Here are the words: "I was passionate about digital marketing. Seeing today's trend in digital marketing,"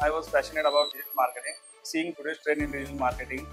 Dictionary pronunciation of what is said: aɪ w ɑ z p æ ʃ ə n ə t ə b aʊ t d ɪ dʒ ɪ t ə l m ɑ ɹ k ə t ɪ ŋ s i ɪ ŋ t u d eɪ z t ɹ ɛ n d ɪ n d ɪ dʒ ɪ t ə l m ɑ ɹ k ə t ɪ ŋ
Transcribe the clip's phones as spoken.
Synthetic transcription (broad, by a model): aɪ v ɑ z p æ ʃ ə n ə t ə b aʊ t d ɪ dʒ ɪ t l m ɑ ɹ k ə t ɪ ŋ s i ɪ ŋ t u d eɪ s t ɹ ɛ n ɪ n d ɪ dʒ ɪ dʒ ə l m ɑ ɹ k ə t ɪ ŋ